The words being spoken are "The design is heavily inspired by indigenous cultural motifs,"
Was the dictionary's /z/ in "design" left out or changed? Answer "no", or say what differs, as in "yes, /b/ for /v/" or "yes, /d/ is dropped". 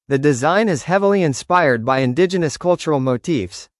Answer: no